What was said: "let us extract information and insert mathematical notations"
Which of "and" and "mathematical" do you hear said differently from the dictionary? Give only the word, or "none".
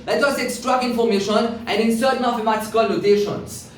mathematical